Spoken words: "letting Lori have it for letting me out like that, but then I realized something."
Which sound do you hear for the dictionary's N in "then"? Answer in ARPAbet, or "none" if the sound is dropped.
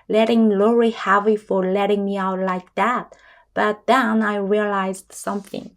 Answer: N